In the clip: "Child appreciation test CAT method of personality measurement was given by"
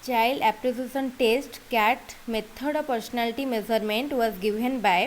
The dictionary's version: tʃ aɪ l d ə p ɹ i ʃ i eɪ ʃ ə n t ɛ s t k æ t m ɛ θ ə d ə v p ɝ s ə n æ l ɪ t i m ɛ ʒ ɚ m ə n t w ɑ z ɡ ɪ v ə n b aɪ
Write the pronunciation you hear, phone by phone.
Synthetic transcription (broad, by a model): tʃ aɪ l d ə p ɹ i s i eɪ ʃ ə n t ɛ s t k æ t m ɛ t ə d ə p ɝ s ə n æ l ɪ t i m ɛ z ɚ m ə n t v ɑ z ɡ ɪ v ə n b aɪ